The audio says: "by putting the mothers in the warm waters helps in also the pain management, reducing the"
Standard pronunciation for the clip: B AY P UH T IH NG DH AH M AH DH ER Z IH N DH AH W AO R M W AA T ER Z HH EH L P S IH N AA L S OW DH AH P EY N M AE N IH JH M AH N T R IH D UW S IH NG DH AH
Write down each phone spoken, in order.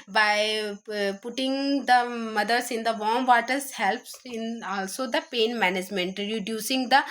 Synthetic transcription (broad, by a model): B AY P UH T IH NG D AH M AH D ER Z IH N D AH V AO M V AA T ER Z HH EH L P S IH N AA L S OW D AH P EY N M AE N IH JH M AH N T R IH D UW S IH NG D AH